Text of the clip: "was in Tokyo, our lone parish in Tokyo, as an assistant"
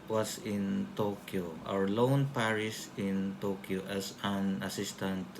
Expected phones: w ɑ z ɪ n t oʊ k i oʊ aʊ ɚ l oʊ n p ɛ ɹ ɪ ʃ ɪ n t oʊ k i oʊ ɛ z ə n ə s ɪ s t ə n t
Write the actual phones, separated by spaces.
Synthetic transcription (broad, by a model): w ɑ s ɪ n t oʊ k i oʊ aʊ ɚ l oʊ n p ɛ ɹ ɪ s ɪ n t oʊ k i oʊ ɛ s ə n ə s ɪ s t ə n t